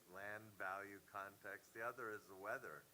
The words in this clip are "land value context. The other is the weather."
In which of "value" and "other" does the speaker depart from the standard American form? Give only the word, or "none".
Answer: none